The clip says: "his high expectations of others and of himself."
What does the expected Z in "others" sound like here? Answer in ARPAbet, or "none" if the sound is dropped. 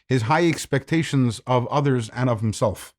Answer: Z